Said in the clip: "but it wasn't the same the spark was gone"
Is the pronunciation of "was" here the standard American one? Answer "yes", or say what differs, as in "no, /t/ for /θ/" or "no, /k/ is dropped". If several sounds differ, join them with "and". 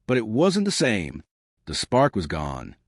yes